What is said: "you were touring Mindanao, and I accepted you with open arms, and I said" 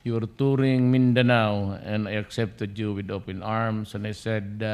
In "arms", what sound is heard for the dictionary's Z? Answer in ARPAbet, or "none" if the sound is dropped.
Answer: S